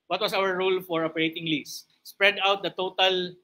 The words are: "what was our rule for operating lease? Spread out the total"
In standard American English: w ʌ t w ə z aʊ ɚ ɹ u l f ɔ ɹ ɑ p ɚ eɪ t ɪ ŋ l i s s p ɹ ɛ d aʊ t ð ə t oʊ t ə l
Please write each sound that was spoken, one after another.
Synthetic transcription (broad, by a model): w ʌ t w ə s aʊ ɚ ɹ u l f ɔ ɹ ɑ p ɚ eɪ t ɪ ŋ l i s s p ɹ ɛ d aʊ t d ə t oʊ t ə l